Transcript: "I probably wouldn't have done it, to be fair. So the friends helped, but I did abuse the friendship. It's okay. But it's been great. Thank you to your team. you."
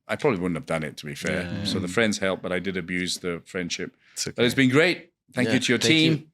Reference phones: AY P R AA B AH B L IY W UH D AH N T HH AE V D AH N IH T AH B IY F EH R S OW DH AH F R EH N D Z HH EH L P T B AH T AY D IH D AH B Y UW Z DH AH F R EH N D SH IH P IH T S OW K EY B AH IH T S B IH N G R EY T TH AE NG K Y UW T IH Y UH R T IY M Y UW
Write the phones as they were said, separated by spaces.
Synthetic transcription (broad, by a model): AY P R AA B AH B L IY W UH D N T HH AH V D AH N IH T AH B IY F EH R S OW DH AH F R EH N D Z HH EH L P B AH T AY D IH D AH B Y UW Z DH AH F R EH N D SH IH P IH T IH IH T S B IH N G R EY T TH AE NG K Y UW T IH Y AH R T IY M